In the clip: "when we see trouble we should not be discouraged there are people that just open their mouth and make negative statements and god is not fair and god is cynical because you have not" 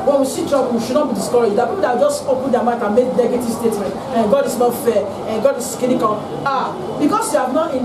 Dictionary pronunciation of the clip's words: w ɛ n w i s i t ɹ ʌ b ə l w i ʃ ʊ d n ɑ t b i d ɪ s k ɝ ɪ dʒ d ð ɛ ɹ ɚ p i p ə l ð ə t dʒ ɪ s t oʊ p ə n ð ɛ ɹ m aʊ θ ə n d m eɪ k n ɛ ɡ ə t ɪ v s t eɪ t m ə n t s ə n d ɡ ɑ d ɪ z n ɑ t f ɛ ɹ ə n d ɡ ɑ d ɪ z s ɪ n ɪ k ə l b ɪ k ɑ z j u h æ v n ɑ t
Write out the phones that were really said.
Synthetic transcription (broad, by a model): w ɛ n w i s i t ɹ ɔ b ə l w i ʃ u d n ɑ t b i d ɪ s k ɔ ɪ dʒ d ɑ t p i p ə l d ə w dʒ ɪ s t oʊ p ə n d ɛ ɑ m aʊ t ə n m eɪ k n ɛ ɡ ə t ɪ v s t eɪ t m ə n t ə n ɡ ɑ d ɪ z n ɑ t f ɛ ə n ɡ ɑ d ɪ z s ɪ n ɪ k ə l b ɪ k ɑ s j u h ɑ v n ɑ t